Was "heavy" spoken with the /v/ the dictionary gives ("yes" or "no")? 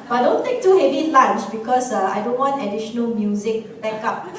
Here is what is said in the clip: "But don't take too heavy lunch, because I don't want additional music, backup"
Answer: yes